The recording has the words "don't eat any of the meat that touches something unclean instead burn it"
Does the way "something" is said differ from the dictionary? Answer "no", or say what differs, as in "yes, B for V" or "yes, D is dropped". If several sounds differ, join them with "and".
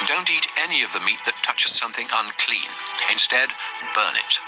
no